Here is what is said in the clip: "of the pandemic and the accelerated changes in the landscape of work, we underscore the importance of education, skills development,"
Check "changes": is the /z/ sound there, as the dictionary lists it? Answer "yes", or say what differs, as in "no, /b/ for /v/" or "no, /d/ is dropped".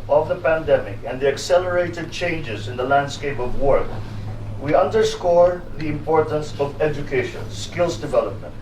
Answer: yes